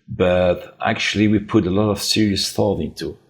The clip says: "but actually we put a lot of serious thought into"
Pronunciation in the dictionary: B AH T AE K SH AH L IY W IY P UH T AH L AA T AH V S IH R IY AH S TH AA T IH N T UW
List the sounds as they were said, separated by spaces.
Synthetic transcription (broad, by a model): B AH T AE K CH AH L IY W IY P UH T AH L AA T AH V S IH R IY AH S TH AA T IH N T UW